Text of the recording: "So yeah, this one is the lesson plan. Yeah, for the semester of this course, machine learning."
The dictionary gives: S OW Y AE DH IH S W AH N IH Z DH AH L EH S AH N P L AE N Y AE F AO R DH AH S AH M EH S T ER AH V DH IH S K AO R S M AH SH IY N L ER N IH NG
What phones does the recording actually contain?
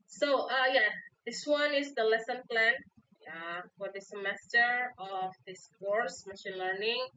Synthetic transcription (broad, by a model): S OW Y AE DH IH S W AH N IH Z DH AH L EH S AH N P L AE N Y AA F AO R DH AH S AH M EH S T ER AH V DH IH S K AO R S M AH SH IY N L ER N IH NG